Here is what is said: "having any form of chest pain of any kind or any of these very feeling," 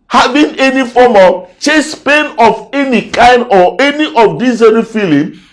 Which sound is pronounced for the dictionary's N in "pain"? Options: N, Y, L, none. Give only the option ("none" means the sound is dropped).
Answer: N